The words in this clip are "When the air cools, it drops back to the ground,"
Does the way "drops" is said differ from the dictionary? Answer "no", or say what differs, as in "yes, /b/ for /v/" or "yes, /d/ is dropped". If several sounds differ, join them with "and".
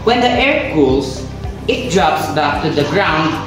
no